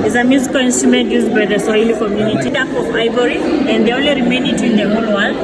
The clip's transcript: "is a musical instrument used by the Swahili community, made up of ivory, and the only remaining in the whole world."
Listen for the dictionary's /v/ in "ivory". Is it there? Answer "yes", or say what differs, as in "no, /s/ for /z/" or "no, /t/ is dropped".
no, /b/ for /v/